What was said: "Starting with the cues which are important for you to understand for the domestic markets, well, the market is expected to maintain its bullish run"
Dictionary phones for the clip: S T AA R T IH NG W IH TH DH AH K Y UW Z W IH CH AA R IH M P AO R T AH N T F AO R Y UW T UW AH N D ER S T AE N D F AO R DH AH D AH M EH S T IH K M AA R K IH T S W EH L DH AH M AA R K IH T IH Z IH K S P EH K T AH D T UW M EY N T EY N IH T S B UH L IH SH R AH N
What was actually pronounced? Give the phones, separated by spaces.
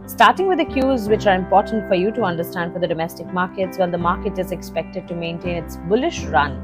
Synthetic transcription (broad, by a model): S T AA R T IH NG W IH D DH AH K Y UW Z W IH CH AA R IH M P AO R T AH N T F AO R Y UW T UW AH N D ER S T AE N D F AO R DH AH D AH M EH S T IH K M AA R K IH T S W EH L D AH M AA R K IH T IH Z IH K S P EH K T AH D T UW M EY N T EY N IH T S B UH L IH SH R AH N